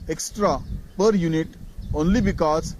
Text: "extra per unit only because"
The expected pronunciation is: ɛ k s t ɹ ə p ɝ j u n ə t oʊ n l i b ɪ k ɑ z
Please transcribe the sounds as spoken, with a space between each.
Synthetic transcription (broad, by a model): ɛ k s t ɹ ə p ɝ j u n ə t oʊ n l i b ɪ k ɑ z